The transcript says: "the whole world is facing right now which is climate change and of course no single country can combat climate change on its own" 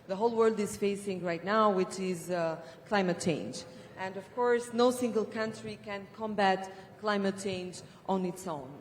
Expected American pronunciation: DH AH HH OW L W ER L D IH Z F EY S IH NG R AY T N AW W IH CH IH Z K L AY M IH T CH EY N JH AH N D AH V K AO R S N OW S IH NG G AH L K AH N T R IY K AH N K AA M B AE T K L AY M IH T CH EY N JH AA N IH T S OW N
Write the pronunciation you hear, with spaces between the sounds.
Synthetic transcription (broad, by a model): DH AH HH OW L W ER L D IH Z F EY S IH NG R AY T N AW W IH CH IH Z K L AY M IH T CH EY N JH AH N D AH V K AO R S N OW S IH NG G AH L K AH N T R IY K AH N K AA M B AE T K L AY M IH T CH EY N JH AA N IH T S OW N